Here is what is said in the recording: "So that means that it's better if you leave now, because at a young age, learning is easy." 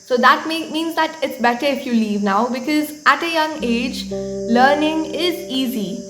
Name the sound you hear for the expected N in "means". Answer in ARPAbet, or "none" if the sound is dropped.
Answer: N